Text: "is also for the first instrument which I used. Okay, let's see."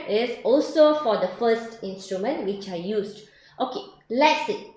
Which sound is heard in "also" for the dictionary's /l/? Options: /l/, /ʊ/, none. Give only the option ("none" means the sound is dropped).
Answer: /l/